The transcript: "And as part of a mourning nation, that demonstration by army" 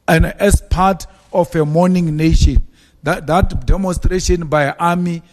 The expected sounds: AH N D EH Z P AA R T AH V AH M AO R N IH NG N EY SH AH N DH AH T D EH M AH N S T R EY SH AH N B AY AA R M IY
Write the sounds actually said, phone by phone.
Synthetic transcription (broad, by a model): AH N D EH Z P AA T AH F AH M AO N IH NG N EY SH AH N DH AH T D EH M AH N S T R EY SH AH N B AY AA M IY